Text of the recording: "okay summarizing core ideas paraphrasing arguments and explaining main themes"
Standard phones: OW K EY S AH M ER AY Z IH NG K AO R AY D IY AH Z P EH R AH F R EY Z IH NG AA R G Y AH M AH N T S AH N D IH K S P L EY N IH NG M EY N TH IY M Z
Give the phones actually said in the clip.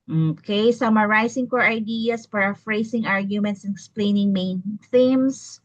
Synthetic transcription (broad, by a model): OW K EY S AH M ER AY S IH NG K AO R AY D IY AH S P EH R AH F R EY S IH NG AA R G Y AH M AH N T S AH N IH K S P L EY N IH NG M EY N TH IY M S